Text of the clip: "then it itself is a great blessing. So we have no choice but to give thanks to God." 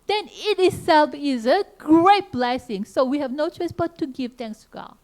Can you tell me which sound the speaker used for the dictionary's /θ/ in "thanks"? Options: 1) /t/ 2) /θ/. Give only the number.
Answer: 1